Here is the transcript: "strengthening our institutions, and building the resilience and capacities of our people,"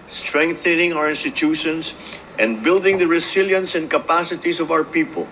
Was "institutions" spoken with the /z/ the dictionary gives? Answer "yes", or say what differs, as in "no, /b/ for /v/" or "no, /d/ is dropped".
no, /s/ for /z/